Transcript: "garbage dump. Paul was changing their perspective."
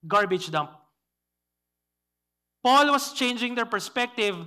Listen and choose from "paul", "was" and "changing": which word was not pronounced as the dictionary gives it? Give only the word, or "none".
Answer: was